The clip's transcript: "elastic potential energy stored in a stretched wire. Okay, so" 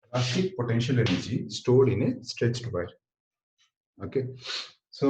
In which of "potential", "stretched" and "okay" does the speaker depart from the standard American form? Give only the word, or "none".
none